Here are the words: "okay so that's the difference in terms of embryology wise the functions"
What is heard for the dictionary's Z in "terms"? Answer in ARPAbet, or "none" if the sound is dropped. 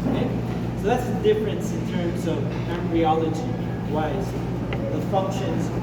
Z